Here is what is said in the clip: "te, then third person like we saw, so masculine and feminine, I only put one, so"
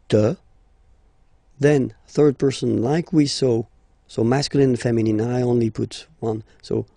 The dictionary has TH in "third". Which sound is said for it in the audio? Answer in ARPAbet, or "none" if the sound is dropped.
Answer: TH